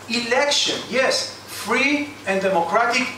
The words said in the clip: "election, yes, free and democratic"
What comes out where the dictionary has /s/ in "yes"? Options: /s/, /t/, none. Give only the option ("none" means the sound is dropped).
/s/